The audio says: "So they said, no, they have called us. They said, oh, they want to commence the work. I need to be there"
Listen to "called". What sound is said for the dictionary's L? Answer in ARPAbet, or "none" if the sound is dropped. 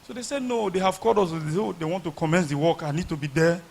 none